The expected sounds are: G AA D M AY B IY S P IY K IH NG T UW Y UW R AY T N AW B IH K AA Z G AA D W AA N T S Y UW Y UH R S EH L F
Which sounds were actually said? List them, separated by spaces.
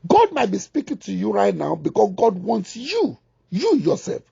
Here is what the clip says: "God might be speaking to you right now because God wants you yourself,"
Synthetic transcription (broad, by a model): G AA D M AY B IY S P IY K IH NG T UW Y UW R AY T N AW B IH K AA S G AA D W AA N T S Y UW Y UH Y S EH L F